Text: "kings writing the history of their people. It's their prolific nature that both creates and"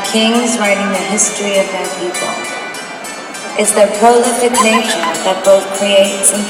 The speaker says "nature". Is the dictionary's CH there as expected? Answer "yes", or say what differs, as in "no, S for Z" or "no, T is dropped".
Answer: no, SH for CH